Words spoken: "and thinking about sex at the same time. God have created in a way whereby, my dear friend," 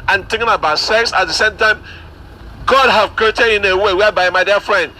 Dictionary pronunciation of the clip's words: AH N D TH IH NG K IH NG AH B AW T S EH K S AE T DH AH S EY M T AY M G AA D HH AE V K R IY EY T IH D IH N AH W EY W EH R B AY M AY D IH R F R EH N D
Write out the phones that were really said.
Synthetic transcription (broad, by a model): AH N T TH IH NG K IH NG AH B AW T S EH K S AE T DH AH S EY M T AY M G AA D HH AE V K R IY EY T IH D IH N AH W EY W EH B AY M AY D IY F R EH N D